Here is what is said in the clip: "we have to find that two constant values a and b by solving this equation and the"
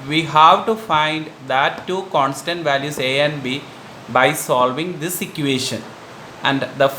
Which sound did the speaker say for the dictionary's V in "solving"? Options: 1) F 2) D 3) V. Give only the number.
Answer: 3